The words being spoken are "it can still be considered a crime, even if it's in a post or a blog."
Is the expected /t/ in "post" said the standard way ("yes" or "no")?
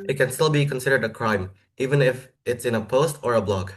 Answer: yes